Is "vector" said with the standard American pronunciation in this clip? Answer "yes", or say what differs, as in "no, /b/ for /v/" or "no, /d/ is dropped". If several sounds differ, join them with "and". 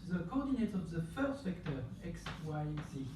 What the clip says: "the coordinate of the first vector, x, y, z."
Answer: no, /f/ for /v/